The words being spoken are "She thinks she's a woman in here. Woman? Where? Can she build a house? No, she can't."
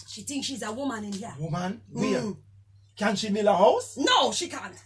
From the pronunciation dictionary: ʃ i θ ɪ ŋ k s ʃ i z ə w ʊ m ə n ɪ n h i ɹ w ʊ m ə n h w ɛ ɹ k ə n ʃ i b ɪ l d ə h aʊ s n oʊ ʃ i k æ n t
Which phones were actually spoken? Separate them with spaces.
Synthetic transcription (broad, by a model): ʃ i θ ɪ ŋ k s ʃ i z ə w ʊ m ə n ɪ n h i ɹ w ʊ m ə n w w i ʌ k ə n ʃ i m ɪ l ə h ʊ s n oʊ ʃ i k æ n t